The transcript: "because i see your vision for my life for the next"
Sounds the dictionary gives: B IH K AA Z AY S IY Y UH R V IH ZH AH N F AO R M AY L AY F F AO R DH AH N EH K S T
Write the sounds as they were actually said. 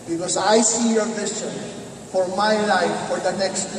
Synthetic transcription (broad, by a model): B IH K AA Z AY S IY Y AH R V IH S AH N F AO R M AY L AY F F AO R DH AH N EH K S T